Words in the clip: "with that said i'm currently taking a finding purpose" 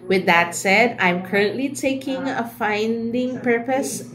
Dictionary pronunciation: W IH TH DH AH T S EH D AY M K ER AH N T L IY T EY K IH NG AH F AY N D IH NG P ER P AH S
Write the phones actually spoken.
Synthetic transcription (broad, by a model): W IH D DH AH T S EH D AY M K ER AH N T L IY T EY K IH NG AH F AY N D IH NG P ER P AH S